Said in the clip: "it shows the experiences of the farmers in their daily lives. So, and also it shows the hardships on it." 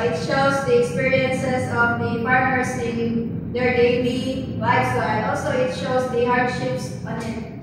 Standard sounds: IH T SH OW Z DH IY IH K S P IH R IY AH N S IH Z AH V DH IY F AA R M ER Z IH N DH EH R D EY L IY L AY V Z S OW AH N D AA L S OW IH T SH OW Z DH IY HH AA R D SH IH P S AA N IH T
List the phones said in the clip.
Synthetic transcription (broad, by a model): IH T SH OW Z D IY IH K S P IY R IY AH N S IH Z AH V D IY P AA R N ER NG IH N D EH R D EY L IY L AY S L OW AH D AA L S OW IH T SH OW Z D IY HH AA R D SH IH P S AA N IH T